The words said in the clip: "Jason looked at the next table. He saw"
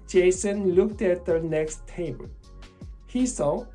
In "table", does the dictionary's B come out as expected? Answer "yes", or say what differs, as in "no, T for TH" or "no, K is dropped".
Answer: no, B is dropped